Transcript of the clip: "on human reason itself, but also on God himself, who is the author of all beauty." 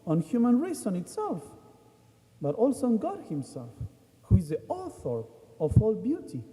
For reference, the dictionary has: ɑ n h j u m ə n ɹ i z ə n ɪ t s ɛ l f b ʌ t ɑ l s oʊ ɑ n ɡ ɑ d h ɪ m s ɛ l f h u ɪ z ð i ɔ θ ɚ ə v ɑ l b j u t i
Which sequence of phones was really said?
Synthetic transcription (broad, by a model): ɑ n h j u m ə n ɹ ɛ s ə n ɪ t s ɛ l f b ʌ t ɑ l s oʊ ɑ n ɡ ɑ d h ɪ m s ɛ l f h u ɪ z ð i ɔ θ ɚ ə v ɑ l b j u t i